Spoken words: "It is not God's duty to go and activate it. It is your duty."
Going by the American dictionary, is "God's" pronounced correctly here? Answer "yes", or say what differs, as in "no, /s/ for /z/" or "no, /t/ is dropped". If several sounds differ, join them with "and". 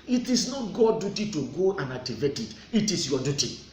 no, /z/ is dropped